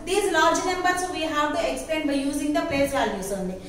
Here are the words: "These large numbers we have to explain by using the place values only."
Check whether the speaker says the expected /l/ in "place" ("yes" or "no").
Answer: no